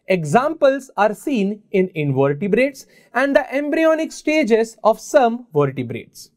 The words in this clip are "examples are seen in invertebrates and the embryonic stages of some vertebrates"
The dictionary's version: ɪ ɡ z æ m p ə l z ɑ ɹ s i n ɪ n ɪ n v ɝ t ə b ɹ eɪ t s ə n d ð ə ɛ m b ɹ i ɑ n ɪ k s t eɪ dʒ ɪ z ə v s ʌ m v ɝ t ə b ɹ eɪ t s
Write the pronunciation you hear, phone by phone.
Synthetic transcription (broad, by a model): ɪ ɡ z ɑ m p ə l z ɑ ɹ s i n ɪ n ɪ n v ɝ t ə b ɹ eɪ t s ə n d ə ɛ m b ɹ i ɑ n ɪ k s t eɪ dʒ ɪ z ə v s ʌ m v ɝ t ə b ɹ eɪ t s